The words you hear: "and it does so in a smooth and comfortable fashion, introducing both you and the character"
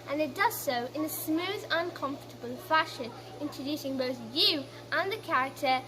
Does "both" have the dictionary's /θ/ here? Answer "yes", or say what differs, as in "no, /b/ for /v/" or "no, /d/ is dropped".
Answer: yes